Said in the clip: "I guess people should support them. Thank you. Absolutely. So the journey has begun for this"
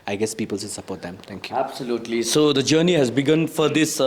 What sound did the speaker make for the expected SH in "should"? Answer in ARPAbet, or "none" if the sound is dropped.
S